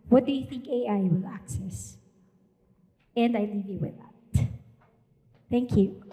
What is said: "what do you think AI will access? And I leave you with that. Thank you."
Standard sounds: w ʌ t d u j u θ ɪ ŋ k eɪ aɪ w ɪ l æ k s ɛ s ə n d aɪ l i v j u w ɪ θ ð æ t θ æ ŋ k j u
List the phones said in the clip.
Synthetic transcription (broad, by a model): w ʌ t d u j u θ ɪ ŋ k eɪ aɪ w ɪ l æ k s ɛ s ə n d aɪ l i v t w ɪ ð æ t θ æ ŋ k j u